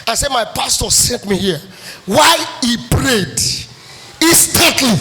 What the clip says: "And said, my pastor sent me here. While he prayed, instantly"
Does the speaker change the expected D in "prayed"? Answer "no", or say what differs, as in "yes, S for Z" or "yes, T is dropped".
no